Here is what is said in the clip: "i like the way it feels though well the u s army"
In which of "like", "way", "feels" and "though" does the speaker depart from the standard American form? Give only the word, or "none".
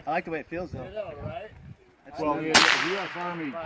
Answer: none